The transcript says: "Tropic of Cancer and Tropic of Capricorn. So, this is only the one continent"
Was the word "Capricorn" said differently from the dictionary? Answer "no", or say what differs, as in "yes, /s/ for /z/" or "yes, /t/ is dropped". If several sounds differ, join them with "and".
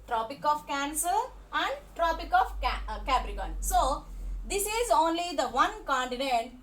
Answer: yes, /b/ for /p/